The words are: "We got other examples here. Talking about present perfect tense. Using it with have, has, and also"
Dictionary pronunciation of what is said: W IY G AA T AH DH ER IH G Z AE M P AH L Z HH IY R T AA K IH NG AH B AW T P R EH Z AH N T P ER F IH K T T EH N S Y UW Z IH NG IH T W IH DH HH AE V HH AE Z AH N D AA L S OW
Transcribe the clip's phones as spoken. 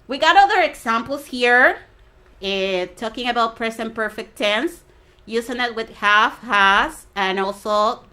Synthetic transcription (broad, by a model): W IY G AA T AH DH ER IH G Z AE M P L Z HH IY R T AA K IH NG AH B AW T P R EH S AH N P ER F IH K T T EH N S Y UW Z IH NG IH T W IH DH HH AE F HH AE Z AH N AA L S OW